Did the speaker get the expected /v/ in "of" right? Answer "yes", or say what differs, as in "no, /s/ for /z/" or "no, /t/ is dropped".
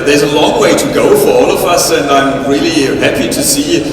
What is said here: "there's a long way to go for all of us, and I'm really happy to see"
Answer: yes